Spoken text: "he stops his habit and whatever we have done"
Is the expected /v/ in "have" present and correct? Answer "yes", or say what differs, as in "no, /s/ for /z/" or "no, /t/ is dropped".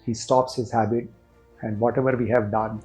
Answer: yes